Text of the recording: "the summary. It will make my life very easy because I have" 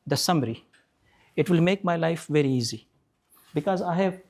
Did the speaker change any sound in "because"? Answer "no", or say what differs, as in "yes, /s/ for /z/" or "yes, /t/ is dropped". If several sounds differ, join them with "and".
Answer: no